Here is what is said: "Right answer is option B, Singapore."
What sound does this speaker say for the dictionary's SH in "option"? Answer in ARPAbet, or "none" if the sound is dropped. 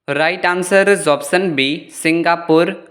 S